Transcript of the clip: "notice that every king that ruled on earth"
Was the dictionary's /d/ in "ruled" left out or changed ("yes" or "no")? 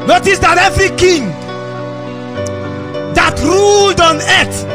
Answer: no